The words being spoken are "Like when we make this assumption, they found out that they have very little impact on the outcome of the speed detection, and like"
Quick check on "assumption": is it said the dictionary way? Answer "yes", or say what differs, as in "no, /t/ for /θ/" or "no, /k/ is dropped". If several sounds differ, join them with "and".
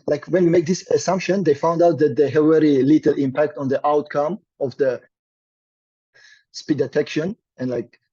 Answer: yes